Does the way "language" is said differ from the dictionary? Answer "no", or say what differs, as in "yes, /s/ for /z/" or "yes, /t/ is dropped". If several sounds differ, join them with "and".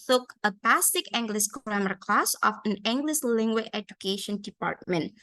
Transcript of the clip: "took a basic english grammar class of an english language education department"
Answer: yes, /dʒ/ is dropped